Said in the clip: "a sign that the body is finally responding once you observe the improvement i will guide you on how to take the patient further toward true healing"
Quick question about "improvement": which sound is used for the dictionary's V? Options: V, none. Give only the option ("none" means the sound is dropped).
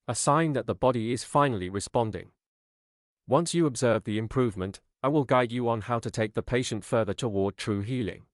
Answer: V